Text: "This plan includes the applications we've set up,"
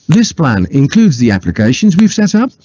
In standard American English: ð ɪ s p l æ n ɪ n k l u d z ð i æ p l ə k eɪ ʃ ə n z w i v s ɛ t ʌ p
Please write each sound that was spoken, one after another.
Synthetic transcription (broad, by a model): ð ɪ s p l æ n ɪ n k l u d z ð i æ p l ə k eɪ ʃ ə n z w i v s ɛ t ʌ p